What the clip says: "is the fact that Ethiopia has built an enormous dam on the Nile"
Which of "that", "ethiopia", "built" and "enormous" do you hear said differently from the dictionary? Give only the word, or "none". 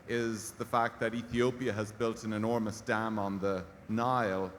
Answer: none